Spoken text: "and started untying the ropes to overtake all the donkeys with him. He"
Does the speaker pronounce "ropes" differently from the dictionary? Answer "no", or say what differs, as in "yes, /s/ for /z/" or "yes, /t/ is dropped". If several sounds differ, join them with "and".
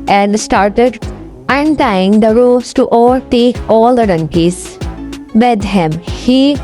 yes, /p/ is dropped